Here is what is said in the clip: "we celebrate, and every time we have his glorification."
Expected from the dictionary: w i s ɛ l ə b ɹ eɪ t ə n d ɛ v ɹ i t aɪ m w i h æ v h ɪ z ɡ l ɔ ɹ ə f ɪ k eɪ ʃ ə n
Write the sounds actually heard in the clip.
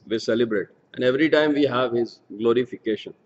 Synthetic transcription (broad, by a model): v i s ɛ l ə b ɹ eɪ t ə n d ɛ v ɹ i t aɪ m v i h æ v h ɪ z ɡ l ɔ ɹ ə f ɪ k eɪ ʃ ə n